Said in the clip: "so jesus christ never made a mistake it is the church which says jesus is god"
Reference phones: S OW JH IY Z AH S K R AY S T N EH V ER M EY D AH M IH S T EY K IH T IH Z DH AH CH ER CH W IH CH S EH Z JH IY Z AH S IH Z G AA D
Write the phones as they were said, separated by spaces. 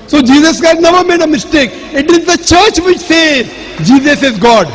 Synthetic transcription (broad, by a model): S OW JH IY Z AH S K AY T N EH V ER M EY D AH M IH S T EY K IH T IH Z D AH CH ER CH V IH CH S EH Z JH IY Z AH S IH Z G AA D